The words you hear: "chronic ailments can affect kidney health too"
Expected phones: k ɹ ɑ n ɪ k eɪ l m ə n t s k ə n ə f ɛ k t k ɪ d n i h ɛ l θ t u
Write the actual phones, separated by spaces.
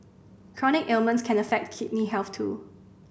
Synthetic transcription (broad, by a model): k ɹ ɑ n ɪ k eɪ l m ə n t s k ə n ə f ɛ k t k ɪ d n i h ɛ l f t u